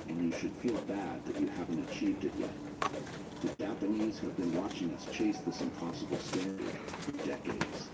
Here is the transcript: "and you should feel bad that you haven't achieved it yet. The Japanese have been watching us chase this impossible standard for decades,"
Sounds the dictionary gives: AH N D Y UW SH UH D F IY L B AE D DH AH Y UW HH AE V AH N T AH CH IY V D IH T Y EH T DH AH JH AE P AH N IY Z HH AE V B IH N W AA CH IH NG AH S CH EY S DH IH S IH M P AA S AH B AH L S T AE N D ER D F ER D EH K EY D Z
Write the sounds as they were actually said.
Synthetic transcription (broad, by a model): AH N Y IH SH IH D F IY L B AE D DH AH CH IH HH AE V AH N T AH CH IY V D IH T Y EH T DH AH JH AE P AH N IY Z HH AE V B IH N W AA CH IH NG AH S CH EY S DH IH S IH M P AA S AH B L S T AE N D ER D F ER D EH K EY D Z